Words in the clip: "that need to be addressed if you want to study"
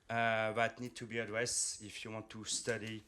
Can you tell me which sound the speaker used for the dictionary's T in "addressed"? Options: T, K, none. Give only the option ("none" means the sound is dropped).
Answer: none